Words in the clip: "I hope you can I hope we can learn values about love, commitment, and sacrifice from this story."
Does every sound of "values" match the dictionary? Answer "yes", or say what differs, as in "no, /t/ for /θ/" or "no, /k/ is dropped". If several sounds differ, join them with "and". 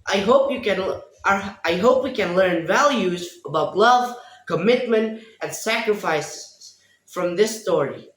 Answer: yes